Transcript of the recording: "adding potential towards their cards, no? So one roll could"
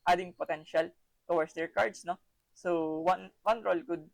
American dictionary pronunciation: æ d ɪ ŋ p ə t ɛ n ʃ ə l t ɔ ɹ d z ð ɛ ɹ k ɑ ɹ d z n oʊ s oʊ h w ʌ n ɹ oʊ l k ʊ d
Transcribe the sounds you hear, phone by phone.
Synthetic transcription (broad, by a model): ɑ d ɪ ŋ p ə t ɛ n ʃ ə l t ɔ w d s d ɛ ɹ k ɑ ɹ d s n oʊ s oʊ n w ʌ n ɹ oʊ l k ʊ d